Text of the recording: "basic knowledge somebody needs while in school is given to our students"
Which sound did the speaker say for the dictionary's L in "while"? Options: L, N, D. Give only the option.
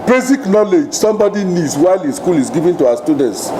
L